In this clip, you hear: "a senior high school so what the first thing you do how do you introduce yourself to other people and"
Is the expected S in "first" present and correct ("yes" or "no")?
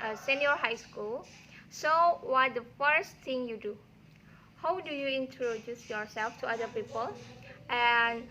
yes